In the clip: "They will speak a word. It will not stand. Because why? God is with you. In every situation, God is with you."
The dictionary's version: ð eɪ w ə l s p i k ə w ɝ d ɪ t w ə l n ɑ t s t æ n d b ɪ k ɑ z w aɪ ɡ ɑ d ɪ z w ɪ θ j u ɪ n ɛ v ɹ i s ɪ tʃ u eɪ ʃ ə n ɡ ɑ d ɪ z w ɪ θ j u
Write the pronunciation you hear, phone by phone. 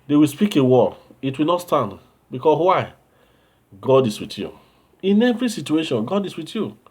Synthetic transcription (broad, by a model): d eɪ w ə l s p i k ə w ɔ ɪ t w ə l n ɑ t s t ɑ n d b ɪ k ɑ s w aɪ ɡ ɑ d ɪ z w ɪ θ j u ɪ n ɛ v ɹ i s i tʃ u eɪ ʃ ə n ɡ ɑ d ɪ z w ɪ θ j u